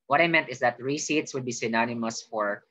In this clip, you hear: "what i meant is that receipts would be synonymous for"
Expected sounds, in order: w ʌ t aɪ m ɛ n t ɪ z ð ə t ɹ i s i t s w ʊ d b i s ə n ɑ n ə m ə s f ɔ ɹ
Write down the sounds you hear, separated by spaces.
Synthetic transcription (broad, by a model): w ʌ t aɪ m ɛ n t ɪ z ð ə t ɹ i s i t s w ʊ d b i s ə n ɑ n ə m ə s f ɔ ɹ